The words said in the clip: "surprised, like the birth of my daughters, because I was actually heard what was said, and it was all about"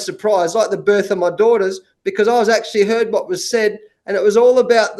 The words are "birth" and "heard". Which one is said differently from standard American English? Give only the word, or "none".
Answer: none